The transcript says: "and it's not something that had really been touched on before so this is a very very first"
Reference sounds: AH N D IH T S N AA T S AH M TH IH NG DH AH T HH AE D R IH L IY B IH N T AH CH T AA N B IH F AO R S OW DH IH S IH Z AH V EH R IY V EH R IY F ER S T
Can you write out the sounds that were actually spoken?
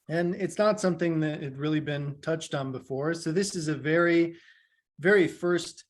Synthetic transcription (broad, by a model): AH N IH T S N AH T S AH M TH IH NG DH AH T HH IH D R IH L IY B IH N T AH CH T N B IH F AO R S OW DH IH S IH Z AH V EH R IY V EH R IY F ER S T